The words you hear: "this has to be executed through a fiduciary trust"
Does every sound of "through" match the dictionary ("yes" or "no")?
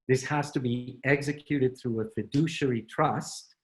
yes